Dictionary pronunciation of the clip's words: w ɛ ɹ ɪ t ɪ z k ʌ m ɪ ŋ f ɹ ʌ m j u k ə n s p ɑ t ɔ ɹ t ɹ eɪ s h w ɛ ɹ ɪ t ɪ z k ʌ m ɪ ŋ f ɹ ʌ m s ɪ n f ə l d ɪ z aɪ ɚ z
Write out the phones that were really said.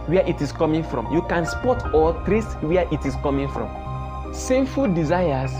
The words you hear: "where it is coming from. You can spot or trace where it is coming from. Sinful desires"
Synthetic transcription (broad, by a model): w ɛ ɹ ɪ t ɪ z k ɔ m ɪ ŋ f ɹ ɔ m j u k ə n s p ɑ t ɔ l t ɹ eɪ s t w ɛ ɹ ɪ t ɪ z k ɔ m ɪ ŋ f ɹ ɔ m s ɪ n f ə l d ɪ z aɪ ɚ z